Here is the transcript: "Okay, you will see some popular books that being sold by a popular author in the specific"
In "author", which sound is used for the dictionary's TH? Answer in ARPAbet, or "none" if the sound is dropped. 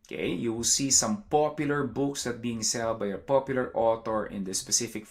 T